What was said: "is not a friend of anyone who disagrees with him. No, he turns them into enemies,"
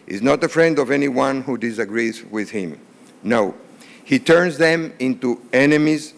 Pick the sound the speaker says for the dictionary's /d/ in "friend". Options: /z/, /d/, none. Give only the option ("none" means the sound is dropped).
/d/